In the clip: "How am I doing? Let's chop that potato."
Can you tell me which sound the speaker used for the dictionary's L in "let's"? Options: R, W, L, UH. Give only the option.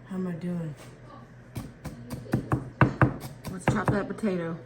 W